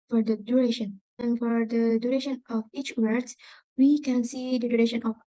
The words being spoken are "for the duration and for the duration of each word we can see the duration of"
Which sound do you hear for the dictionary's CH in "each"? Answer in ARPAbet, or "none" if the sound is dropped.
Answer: CH